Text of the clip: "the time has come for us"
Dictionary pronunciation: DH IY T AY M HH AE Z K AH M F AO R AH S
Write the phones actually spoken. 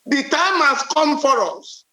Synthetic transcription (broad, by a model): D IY T AY M HH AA S K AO M F AO R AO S